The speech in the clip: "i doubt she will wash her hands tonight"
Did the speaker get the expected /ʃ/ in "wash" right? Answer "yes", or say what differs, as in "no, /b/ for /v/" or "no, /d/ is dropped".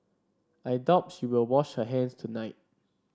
yes